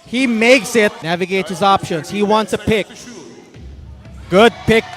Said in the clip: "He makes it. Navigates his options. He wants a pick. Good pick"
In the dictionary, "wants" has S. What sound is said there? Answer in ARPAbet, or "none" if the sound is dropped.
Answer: S